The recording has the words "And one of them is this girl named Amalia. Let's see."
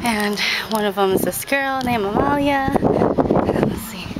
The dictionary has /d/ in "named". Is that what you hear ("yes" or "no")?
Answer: no